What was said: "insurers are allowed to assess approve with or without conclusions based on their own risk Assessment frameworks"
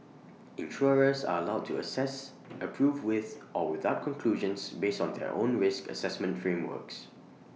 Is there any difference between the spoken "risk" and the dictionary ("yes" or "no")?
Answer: no